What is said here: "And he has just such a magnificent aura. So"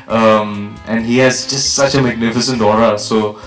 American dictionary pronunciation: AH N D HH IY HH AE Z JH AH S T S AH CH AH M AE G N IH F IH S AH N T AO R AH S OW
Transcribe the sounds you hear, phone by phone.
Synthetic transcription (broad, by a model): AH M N HH IY HH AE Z JH AH S T S AH CH AH M AE G N IH F IH S AH N T AO R AH S OW